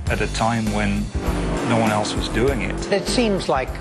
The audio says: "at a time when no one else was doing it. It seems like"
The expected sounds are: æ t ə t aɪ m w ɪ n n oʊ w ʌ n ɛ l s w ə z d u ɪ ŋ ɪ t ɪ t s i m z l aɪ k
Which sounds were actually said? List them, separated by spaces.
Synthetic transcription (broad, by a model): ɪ t ə t aɪ m w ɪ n n oʊ w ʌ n ɛ l s w ə z d u ɪ ŋ ɪ t ɪ t s i m z l aɪ k